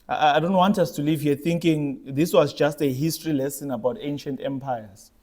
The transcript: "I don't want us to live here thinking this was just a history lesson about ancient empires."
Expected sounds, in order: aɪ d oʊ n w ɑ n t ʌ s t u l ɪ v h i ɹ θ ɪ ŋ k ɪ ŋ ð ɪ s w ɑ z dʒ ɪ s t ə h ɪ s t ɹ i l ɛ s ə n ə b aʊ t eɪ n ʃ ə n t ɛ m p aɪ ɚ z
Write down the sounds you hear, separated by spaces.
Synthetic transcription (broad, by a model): aɪ d oʊ n w ɑ n t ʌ s t u l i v h i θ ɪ ŋ k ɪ ŋ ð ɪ s w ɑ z dʒ ɪ s t ə h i s t ɹ i l ɛ s ə n ə b aʊ t eɪ n ʃ ə n t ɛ m p aɪ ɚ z